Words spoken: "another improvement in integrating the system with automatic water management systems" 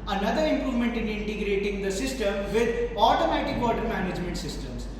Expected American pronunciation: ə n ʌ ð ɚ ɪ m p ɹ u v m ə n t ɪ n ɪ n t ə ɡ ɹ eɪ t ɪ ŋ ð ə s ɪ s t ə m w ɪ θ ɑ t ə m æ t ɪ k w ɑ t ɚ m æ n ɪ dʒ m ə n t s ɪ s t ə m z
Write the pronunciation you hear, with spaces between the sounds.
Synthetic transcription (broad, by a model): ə n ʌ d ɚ ɪ m p ɹ u v m ə n t ɪ n ɪ n t ə ɡ ɹ eɪ t ɪ ŋ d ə s ɪ s t ə m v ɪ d ɑ t ə m æ t ɪ k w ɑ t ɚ m æ n ɪ dʒ m ə n t s ɪ s t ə m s